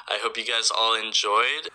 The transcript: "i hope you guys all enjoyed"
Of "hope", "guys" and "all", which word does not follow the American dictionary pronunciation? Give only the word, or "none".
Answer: none